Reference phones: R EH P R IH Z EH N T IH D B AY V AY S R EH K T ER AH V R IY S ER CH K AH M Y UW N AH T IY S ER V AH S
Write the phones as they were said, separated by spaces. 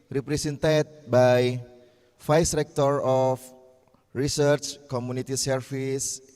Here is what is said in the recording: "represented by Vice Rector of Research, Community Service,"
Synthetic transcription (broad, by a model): R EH P R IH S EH N T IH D B AY F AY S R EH K T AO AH F R IY S ER CH K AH M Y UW N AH T IY S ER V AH S